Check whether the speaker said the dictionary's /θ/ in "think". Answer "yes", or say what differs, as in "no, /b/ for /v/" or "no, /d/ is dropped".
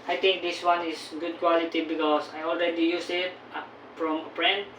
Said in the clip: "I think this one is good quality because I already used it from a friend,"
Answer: no, /t/ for /θ/